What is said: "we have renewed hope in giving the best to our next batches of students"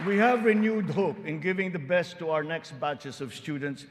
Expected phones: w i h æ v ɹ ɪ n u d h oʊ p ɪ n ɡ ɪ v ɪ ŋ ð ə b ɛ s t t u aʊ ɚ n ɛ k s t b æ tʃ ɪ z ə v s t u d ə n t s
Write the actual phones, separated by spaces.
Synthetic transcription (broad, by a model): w i h æ v ɹ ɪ n u d h oʊ p ɪ n ɡ ɪ v ɪ ŋ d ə b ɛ s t t u aʊ ɚ n ɛ k s t b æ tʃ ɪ s ə v s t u d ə n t s